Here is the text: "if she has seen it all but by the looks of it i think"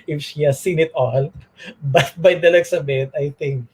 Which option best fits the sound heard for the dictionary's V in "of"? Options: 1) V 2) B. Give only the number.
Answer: 2